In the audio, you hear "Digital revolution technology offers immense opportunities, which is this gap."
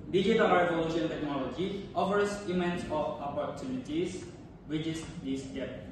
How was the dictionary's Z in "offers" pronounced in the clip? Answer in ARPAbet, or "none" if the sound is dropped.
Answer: S